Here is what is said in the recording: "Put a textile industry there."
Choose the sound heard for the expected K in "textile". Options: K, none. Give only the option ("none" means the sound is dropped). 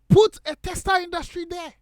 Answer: none